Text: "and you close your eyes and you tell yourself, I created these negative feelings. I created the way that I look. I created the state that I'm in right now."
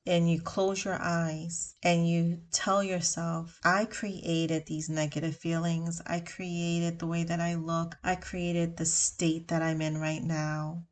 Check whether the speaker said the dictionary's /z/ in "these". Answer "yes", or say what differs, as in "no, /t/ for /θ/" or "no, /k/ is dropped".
yes